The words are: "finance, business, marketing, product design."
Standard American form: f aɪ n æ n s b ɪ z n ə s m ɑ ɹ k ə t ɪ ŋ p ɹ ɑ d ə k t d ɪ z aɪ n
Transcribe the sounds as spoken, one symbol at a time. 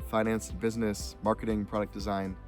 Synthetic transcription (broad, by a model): f aɪ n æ n s b ɪ z n ə s m ɑ ɹ k ə t ɪ ŋ p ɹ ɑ d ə k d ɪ z aɪ n